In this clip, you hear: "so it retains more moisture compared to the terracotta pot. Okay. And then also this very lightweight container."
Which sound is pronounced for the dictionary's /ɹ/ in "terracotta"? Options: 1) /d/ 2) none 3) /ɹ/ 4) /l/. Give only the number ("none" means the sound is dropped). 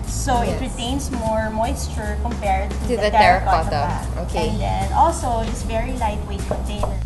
2